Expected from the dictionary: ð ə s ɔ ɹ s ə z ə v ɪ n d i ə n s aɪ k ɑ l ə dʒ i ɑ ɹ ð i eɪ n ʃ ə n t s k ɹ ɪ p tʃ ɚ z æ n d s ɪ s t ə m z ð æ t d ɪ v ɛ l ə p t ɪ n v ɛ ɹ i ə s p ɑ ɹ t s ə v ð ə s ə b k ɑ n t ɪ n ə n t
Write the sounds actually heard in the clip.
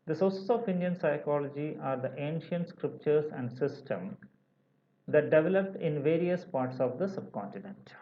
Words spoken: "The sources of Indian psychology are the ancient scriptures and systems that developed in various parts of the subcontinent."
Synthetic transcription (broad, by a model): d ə s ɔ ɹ s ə s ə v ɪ n d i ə n s aɪ k ɑ l ə dʒ i ɑ ɹ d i eɪ n ʃ ə n t s k ɹ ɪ p tʃ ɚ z æ n d s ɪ s t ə m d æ t d ɪ v ɛ l ə p t ɪ n v ɛ ɹ i ə s p ɑ ɹ t s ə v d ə s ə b k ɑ n t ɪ n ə n t